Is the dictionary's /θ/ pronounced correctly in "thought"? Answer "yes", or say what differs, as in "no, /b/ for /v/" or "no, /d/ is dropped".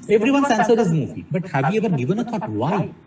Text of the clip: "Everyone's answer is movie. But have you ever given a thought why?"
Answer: no, /t/ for /θ/